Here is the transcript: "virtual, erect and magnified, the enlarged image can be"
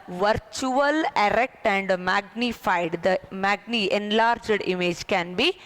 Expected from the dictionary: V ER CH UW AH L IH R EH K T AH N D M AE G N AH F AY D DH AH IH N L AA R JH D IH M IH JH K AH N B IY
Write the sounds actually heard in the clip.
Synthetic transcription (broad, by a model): V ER CH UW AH L IH R EH K T AH N D M AE G N AH F AY D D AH IH N L AA R JH D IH M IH JH K AH N B IY